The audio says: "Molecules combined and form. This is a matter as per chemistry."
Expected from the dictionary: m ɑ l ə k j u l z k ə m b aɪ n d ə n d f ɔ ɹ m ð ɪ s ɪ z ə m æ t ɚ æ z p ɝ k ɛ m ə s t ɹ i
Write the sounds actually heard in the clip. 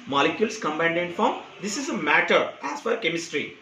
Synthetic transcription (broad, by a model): m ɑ l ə k j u l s k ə m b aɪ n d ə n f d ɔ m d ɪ s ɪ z ə m æ t ɚ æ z f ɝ k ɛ m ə s t ɹ i